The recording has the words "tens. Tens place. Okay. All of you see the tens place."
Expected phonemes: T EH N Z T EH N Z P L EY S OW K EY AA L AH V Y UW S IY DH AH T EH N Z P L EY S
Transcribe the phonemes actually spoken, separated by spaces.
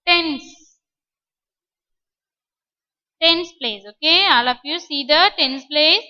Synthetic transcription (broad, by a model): T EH N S T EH N S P L EY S OW K EY AA L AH P Y UW S IY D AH T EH N S P L EY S